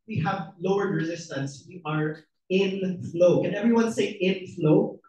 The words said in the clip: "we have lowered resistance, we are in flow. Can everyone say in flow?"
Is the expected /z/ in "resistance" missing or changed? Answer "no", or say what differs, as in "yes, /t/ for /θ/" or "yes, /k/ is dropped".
no